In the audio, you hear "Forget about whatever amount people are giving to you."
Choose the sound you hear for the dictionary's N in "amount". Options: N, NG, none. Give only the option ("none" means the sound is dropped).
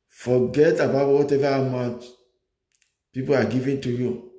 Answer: none